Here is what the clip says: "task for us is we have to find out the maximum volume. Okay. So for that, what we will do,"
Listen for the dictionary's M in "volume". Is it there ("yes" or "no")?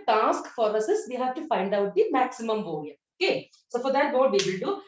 no